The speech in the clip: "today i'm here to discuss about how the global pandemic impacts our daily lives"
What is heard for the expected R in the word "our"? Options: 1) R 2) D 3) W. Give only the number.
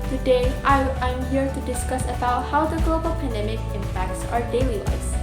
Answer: 1